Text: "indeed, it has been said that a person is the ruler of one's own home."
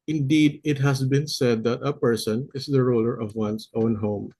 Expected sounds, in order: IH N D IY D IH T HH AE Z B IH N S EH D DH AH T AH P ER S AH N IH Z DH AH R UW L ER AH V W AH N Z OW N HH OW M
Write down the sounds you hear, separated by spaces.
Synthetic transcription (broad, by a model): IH N D IY D IH T HH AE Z B IH N S EH D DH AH T AH P ER S AH N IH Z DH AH R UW L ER AH V W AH N S OW N HH OW M